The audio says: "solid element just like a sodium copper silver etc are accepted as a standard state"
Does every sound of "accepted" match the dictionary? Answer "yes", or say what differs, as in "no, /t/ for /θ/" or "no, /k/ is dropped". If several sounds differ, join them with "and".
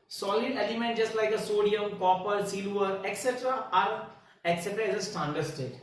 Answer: no, /d/ is dropped